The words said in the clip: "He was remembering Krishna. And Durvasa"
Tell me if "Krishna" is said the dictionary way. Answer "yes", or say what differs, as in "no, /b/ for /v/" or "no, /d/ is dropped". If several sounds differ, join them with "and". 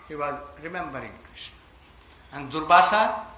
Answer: no, /n/ is dropped